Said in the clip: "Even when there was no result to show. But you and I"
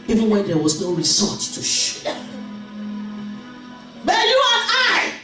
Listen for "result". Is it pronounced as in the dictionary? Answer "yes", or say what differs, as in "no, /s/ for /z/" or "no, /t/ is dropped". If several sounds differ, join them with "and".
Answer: no, /l/ is dropped